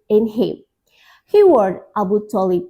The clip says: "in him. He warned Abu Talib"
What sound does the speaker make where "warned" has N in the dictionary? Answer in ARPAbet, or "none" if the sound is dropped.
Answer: none